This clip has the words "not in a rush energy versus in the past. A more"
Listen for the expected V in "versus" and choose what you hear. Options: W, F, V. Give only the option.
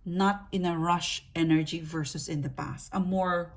V